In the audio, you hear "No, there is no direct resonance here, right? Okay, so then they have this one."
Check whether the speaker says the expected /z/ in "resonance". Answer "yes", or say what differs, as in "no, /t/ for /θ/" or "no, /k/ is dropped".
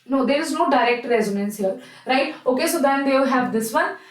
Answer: yes